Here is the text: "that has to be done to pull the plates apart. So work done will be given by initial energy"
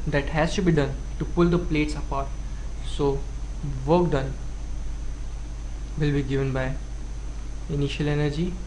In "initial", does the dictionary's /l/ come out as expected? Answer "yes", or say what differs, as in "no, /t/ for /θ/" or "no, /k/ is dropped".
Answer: yes